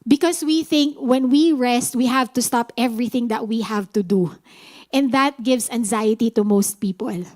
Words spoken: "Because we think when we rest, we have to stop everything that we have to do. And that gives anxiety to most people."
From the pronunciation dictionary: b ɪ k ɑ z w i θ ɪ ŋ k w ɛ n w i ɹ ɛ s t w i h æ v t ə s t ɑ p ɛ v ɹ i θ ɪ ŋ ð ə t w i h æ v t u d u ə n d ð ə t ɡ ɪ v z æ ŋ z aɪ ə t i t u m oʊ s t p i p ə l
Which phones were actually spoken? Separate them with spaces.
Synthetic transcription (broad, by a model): b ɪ k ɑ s w i θ ɪ ŋ k w ɛ n w i ɹ ɛ s t w i h æ v t ə s t ɑ p ɛ v ɹ i θ ɪ ŋ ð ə t w i h æ v t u d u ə n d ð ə t ɡ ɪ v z æ ŋ z aɪ ə t i t u m oʊ s t p i p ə l